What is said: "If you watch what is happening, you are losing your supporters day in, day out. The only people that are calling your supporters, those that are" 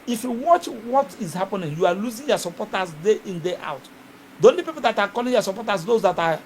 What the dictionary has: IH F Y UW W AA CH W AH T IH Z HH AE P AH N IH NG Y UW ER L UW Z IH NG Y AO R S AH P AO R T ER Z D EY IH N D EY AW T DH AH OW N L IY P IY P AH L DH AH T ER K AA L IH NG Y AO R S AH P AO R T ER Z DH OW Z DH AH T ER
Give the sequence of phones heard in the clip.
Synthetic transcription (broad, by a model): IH F Y UW W AA CH W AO T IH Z HH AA P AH N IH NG Y UW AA L UW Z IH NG Y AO S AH P AO T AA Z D EY IH N D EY AW T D OW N IY P IY P AH L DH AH T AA K AA L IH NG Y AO S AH P AO T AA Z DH OW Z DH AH T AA